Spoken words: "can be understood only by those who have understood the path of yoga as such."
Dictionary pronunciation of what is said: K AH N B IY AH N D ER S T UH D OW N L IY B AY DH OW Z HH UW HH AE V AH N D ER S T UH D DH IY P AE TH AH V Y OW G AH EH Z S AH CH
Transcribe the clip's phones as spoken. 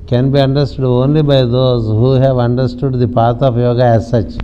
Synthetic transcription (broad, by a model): K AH N B IY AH N D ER S T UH D OW N L IY B AY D OW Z HH UW HH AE V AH N D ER S T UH D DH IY P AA T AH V Y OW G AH EH Z S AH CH